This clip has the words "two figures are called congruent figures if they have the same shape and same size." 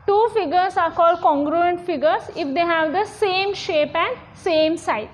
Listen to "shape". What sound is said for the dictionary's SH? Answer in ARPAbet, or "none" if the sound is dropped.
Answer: SH